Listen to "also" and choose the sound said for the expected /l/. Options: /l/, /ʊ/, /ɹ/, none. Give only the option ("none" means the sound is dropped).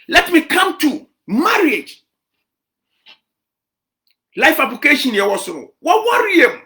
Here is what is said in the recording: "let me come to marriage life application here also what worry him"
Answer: none